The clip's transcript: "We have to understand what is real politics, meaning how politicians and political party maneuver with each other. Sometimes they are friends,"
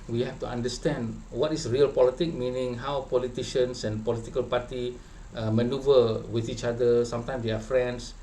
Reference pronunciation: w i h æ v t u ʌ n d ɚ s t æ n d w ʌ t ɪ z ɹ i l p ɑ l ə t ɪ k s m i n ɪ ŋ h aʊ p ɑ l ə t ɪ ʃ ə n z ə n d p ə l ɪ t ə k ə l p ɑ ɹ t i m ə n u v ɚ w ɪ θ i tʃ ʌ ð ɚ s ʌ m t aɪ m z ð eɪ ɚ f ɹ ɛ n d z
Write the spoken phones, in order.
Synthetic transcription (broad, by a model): w i h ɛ f t u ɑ n d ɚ s t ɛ n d w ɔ t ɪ s ɹ i l p ɑ l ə t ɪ k m i n ɪ ŋ h aʊ p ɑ l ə t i ʃ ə n s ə n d p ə l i t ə k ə l p ɑ t i m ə n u v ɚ w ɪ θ i tʃ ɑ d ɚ s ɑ m t aɪ m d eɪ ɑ f ɹ ɛ n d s